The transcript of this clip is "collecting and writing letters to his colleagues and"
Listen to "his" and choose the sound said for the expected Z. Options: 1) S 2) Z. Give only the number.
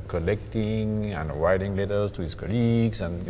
1